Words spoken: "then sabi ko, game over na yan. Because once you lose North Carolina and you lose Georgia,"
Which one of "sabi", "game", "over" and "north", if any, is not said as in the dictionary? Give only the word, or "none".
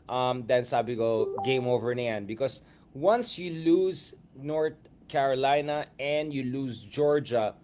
north